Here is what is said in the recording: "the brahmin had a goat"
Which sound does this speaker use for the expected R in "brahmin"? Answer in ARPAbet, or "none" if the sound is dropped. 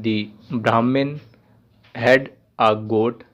R